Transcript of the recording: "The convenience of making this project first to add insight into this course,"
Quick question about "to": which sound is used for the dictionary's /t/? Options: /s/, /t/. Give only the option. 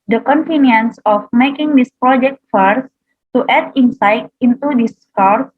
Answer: /t/